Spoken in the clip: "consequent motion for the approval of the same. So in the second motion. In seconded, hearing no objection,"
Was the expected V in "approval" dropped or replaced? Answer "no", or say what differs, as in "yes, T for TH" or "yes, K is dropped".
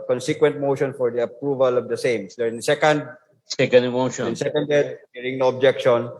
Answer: no